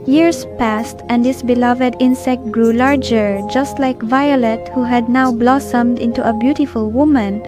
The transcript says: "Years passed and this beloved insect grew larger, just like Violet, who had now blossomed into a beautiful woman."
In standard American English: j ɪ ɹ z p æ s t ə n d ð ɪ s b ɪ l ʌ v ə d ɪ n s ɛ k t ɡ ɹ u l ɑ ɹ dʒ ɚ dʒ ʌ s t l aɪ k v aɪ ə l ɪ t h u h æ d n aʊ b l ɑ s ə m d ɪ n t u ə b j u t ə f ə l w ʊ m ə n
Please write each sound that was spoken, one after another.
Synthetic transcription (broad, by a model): j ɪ ɹ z p æ s t ə n d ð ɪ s b ɪ l ʌ v ə d ɪ n s ɛ k t ɡ ɹ u l ɑ ɹ dʒ ɚ dʒ ʌ s t l aɪ k v aɪ ə l ɪ t h u h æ d n aʊ b l ɑ s ə m d ɪ n t u ə b j u t ə f ə l w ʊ m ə n